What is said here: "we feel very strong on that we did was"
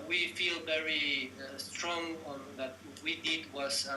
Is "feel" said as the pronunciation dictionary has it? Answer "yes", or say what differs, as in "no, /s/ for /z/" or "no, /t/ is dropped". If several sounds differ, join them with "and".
yes